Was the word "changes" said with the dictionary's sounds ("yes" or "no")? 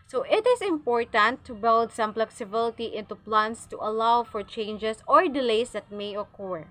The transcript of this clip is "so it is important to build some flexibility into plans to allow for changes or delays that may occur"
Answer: no